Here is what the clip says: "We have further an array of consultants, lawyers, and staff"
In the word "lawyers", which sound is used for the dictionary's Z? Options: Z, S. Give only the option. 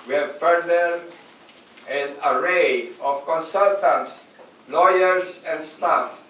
S